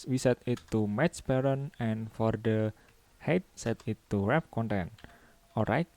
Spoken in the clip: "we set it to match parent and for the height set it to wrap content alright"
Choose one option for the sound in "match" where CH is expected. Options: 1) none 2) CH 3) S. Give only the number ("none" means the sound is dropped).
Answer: 3